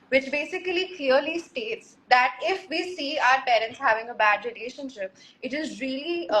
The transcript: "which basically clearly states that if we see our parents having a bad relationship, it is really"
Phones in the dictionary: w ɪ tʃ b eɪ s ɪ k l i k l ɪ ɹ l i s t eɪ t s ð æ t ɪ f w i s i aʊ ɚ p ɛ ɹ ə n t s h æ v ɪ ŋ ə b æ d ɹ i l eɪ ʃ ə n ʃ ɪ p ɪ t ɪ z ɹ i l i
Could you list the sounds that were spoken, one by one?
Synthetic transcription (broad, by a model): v ɪ tʃ b eɪ s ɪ k l i k l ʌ ɹ l i s t eɪ t s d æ t ɪ f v i s i aʊ ɚ p ɛ ɹ ə n t s h æ v ɪ ŋ ə b æ d ɹ i l eɪ ʃ ə n ʃ ɪ p ɪ t ɪ z ɹ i l i